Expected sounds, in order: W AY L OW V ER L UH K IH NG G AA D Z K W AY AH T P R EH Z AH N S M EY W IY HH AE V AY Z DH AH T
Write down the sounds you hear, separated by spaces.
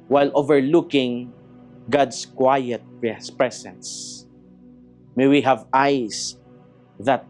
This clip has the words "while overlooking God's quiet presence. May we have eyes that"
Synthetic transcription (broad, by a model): W AY L OW V ER L UH K IH NG G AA D S K W AY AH T P R EH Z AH N S M EY W IY HH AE V AY S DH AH T